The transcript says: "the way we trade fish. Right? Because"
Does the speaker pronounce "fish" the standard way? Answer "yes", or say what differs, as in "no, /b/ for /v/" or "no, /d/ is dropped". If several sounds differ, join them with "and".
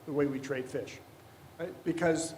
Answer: yes